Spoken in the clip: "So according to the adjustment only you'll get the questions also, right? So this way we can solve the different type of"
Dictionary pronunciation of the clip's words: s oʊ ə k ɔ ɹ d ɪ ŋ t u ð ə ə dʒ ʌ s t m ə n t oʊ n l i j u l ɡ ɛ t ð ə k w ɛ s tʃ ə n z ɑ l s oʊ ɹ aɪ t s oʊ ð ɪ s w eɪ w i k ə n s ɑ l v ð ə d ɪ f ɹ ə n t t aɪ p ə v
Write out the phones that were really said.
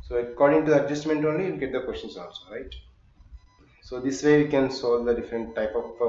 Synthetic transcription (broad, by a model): s oʊ ə k ɔ ɹ d ɪ ŋ t u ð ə ə dʒ ʌ s t m ə n t oʊ n l i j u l ɡ ɛ t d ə k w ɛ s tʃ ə n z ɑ n s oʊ ɹ aɪ t s oʊ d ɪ s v eɪ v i k ə n s ɑ l v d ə d ɪ f ɹ ə n t t aɪ p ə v